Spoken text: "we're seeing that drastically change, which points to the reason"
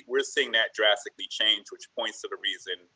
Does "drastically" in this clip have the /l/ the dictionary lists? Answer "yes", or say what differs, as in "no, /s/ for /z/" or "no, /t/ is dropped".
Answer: yes